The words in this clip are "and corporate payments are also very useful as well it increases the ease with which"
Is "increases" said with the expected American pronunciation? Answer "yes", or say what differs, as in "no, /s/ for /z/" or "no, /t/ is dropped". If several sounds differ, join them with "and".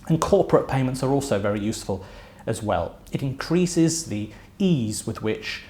yes